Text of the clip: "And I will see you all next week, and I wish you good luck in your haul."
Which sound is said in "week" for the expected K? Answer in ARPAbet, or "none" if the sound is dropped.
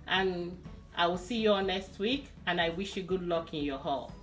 K